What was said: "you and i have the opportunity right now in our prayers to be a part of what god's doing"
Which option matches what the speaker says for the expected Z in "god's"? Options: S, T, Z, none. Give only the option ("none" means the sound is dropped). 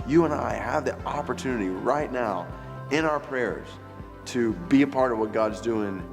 Z